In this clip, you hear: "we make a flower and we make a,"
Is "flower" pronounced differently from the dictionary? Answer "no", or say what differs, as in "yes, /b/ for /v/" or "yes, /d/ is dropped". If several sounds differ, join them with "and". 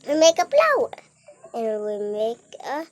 yes, /p/ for /f/